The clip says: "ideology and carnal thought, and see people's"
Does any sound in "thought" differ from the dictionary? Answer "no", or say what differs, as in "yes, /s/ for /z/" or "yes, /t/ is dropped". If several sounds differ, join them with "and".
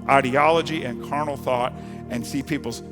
no